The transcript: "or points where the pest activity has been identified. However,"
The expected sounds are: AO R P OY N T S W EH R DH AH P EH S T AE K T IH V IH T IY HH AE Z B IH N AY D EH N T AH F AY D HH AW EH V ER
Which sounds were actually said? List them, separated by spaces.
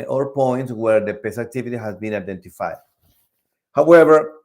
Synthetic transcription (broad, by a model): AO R P OY N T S W EH R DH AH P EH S AE K T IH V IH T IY HH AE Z B IH N AY D EH N T AH F AY D HH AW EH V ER